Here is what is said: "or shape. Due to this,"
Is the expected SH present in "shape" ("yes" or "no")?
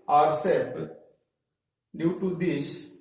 no